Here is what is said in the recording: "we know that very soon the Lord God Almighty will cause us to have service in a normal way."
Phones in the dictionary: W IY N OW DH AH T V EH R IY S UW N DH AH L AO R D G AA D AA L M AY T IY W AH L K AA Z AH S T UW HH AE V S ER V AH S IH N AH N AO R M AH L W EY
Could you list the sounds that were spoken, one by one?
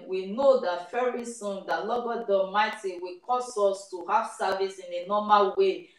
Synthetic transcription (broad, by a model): W IY N OW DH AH T F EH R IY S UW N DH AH L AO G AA D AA M AY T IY W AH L K AA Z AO S T UW HH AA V S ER V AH S IH N AH N AO M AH L W EY